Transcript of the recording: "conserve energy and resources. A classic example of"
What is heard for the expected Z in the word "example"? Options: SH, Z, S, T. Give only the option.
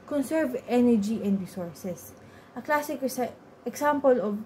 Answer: S